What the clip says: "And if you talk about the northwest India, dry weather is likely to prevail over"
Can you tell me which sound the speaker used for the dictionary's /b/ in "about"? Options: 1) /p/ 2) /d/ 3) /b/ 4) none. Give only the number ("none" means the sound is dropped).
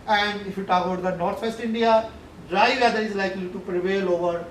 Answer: 4